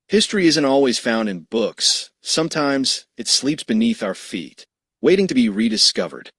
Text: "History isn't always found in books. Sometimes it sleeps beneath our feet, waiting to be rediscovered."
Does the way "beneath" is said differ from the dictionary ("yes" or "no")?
no